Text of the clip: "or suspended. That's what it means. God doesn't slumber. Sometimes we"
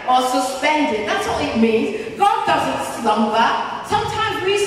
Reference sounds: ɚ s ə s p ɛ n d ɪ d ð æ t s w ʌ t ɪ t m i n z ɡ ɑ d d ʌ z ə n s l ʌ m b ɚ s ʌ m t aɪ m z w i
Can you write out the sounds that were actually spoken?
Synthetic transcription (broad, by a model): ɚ s ə s p ɛ n d ɪ d ð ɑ t s w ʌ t ɪ t m i n z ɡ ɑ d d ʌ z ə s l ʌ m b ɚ s ʌ m t aɪ m z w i